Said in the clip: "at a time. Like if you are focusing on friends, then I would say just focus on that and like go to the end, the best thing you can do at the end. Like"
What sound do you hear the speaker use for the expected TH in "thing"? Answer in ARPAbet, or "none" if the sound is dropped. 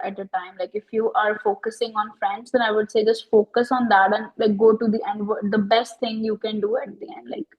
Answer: T